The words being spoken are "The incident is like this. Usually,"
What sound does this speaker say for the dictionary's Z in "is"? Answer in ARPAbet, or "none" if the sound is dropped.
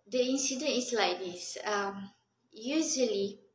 S